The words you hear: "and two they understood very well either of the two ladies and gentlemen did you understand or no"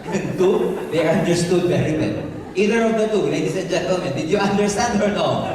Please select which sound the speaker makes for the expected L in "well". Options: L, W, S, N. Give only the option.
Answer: N